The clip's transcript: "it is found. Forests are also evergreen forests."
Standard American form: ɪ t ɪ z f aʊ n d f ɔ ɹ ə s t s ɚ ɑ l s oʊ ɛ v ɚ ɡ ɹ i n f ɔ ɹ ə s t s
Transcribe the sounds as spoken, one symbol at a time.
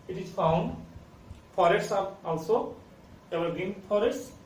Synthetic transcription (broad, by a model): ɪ t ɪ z f aʊ n d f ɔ ɹ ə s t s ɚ ɑ l s oʊ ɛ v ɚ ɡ i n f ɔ ɹ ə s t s